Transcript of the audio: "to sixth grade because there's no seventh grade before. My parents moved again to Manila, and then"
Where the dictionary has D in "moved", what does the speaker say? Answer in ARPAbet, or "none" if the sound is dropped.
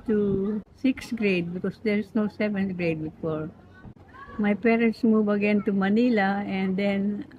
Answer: none